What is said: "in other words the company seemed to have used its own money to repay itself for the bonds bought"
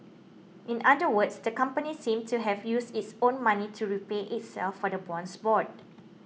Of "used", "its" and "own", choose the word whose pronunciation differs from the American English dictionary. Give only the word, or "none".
used